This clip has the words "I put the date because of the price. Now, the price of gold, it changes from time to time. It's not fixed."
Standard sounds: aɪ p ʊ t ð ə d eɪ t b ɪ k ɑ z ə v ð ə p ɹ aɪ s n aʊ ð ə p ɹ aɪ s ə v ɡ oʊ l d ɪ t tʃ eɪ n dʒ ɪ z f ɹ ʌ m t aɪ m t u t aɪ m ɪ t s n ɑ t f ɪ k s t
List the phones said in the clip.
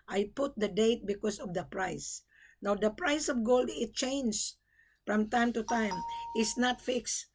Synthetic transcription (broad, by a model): aɪ p ʊ t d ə d eɪ t b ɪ k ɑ s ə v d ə p ɹ aɪ s n aʊ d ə p ɹ aɪ s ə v ɡ oʊ l d ɪ t tʃ eɪ n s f ɹ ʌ m t aɪ m t u t aɪ m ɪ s n ɑ t f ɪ k s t